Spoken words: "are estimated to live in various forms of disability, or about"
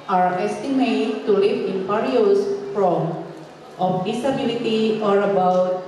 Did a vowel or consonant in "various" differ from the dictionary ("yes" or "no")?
yes